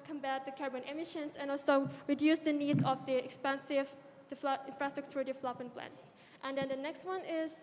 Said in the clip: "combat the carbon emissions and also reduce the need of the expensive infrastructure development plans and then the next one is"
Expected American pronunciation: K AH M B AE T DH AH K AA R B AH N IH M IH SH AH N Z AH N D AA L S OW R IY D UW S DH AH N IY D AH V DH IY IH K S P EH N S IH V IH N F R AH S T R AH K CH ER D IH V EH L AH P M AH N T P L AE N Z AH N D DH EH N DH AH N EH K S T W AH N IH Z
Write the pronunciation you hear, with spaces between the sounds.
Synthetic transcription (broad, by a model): K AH M B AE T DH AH K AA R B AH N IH M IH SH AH N S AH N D AA L S OW R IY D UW S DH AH N IY D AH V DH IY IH K S P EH N S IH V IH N F R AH S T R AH K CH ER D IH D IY L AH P AH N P L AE N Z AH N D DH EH N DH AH N EH K S T W AH N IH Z